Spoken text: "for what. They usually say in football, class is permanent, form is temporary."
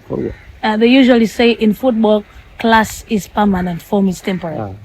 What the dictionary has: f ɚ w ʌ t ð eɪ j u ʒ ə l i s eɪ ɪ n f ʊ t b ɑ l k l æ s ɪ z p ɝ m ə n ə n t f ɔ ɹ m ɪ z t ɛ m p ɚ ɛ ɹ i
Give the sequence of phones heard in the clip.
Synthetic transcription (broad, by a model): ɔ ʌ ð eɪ j u ʒ ə l i s eɪ ɪ n f ʊ t b ɑ l k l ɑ s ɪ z p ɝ m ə n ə n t f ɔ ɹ m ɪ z t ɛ m p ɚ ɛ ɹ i